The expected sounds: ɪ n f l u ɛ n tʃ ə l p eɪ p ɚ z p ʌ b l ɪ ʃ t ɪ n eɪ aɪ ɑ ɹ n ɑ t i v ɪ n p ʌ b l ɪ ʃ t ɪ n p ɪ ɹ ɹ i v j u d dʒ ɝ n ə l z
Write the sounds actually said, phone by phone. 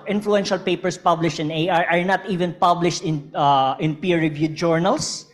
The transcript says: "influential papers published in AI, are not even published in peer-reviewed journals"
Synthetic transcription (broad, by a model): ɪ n f l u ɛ n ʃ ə l p eɪ p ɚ s p ʌ b l ɪ ʃ t ɪ n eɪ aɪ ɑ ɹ n ɑ t i v ɪ n p ʌ b l ɪ ʃ t ɪ n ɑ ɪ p ɹ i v j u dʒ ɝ n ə l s